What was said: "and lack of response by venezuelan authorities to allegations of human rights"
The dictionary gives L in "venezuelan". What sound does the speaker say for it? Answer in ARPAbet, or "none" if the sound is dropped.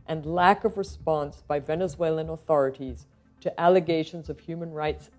L